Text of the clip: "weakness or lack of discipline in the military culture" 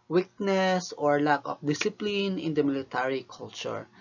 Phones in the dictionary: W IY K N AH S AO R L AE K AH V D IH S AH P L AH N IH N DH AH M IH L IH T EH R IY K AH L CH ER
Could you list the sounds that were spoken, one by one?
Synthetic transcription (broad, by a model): W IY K N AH S AO R L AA K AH F D IH S AH P L AH N IH N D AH M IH L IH T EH R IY K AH L CH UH